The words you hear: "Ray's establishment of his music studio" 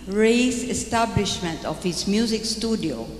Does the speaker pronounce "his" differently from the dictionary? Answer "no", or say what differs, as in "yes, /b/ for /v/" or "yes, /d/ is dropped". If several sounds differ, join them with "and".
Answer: yes, /s/ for /z/